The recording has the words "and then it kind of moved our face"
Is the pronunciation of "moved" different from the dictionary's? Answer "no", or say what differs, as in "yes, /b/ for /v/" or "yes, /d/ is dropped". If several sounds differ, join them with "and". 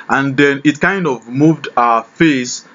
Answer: no